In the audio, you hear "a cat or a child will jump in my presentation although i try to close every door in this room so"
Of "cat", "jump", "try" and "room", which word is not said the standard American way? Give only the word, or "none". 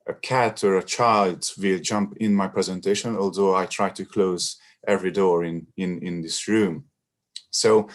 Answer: none